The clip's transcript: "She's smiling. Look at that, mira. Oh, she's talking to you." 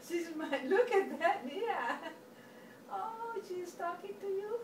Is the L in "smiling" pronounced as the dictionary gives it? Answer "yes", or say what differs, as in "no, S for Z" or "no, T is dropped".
no, L is dropped